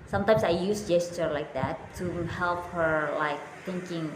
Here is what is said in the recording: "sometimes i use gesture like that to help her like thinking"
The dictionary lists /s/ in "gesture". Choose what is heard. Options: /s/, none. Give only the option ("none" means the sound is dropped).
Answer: /s/